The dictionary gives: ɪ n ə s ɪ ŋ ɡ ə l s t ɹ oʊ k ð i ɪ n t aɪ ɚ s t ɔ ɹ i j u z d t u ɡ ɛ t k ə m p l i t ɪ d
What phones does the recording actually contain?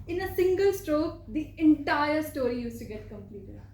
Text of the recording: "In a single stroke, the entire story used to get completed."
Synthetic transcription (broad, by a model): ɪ n ə s ɪ ŋ ɡ ə l s t ɹ oʊ k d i ɪ n t aɪ ɚ s t ɔ ɹ i j u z t u ɡ ɛ t k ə m p l i t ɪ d